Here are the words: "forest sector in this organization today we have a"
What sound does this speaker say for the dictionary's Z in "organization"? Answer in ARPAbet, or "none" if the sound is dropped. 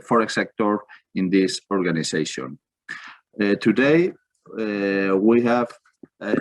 S